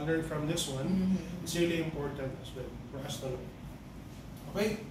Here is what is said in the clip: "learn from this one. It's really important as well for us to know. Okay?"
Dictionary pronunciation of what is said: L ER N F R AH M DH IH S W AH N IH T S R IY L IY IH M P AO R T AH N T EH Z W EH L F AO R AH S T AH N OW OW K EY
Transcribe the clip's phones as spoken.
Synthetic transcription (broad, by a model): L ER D F R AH M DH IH S W AH N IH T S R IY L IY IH M P AO R T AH N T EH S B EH N F AO R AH S T AH L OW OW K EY